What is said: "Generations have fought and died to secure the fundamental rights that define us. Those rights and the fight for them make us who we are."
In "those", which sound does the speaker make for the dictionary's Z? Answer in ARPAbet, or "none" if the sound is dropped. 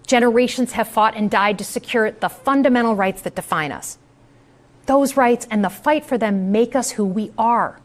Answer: Z